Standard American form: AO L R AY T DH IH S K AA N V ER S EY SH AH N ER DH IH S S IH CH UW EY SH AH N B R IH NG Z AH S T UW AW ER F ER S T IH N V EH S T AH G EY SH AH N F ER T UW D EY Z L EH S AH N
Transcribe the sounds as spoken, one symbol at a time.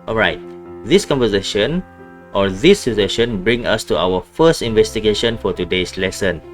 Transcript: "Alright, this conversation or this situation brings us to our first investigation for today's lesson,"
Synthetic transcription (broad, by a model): AO L R AY T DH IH S K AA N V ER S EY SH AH N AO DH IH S S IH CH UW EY SH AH N B R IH NG AH S T UW AW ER F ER S T IH N V EH S T AH G EY SH AH N F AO T UW D EY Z L EH S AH N